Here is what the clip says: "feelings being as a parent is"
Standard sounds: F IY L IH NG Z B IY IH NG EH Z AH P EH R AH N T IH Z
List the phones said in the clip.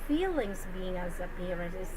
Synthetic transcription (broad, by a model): F IY L IH NG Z B IY IH NG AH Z AH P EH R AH T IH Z